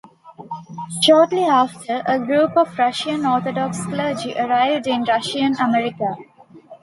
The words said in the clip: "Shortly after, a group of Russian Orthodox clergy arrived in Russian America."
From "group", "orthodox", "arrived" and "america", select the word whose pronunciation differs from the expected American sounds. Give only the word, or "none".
orthodox